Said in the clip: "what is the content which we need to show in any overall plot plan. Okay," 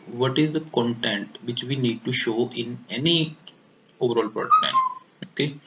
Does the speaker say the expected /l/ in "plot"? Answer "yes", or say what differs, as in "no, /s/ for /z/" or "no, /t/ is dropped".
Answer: no, /l/ is dropped